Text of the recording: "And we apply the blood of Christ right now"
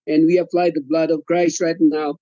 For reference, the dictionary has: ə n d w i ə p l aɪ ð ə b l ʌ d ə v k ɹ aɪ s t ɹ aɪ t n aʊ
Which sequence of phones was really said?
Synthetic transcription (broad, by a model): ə n w i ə f l aɪ ð ə b l ʌ d ə v k ɹ aɪ s t ɹ aɪ t n aʊ